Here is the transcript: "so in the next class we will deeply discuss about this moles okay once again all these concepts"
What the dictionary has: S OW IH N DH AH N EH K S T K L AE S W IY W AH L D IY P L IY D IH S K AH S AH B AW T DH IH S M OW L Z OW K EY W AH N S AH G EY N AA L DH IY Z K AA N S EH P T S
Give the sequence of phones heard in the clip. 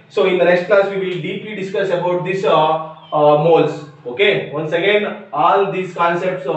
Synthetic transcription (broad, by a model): S OW IH N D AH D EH S T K L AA S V IY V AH L D IY P L IY D IH S K AH S AH B AW T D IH S M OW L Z OW K EY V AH N S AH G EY N AA L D IY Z K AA N S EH P T S